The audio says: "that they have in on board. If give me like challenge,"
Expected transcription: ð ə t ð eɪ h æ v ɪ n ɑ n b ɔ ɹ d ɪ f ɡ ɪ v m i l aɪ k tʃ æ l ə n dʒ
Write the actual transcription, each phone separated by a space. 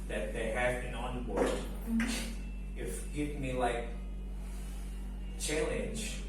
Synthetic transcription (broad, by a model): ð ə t ð eɪ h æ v ɪ n ɑ n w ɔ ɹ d ɪ f ɡ ɪ v m i l aɪ k tʃ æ l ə n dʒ